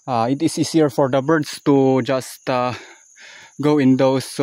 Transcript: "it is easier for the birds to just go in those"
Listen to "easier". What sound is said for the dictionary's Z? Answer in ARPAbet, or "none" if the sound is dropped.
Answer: S